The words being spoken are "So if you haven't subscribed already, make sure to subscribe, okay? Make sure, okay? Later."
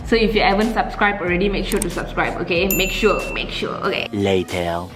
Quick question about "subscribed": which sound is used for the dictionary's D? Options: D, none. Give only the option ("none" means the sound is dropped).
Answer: none